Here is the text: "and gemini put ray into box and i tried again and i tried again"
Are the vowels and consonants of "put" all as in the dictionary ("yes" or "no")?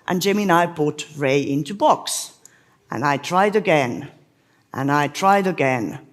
no